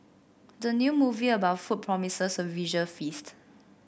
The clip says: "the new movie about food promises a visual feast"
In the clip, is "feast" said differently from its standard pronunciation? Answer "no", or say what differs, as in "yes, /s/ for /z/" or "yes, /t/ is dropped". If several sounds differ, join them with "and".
no